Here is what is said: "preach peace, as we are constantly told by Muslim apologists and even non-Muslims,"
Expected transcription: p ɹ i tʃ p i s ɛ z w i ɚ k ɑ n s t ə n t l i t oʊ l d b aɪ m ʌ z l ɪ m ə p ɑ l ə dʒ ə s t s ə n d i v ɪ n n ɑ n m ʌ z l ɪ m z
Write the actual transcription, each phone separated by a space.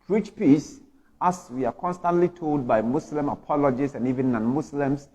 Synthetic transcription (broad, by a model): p ɹ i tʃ p i s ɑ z w i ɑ k ɑ n s t ə n t l i t oʊ l d b aɪ m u s l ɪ m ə p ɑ l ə dʒ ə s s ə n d i v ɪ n n ɑ n m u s l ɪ m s